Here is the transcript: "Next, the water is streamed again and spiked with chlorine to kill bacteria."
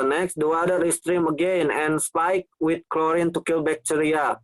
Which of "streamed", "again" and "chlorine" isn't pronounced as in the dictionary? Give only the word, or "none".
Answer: streamed